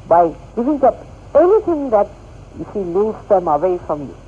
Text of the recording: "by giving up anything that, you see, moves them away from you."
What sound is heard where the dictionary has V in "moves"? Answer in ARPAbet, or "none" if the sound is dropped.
none